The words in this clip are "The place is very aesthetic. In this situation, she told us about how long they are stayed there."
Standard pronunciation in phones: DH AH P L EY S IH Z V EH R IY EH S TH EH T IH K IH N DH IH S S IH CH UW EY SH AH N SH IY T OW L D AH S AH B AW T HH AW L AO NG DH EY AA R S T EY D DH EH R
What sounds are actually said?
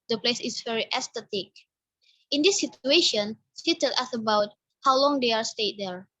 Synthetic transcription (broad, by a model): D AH P L EY S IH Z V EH R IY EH S T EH T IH K IH N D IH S S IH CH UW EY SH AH N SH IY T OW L AH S AH B AW T HH AW L AO NG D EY AA R S T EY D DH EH R